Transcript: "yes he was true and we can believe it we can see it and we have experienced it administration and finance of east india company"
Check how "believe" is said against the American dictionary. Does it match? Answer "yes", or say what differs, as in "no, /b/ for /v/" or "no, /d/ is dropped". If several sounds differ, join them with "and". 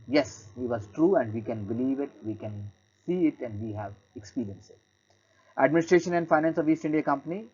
yes